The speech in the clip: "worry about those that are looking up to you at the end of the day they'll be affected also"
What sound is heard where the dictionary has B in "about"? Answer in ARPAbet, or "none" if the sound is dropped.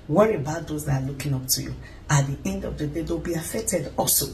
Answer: B